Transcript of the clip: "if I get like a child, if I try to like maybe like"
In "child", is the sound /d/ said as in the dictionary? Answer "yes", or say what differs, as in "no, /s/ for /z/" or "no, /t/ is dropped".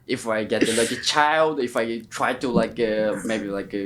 yes